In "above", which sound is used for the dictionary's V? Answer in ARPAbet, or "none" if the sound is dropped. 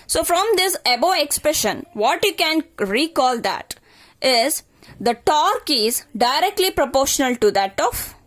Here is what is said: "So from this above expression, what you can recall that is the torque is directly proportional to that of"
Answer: none